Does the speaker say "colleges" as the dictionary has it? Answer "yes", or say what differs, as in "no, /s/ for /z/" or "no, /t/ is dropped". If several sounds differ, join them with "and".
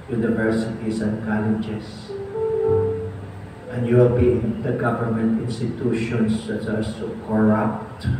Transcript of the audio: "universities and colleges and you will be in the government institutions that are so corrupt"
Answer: no, /s/ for /z/